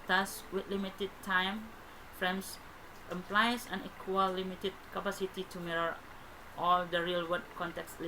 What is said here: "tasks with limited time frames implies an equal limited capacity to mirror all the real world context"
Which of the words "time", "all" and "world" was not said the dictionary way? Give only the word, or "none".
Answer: world